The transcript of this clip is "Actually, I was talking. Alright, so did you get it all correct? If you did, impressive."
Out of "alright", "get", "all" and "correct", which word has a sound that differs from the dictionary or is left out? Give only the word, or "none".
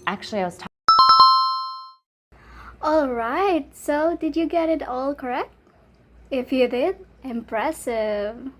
none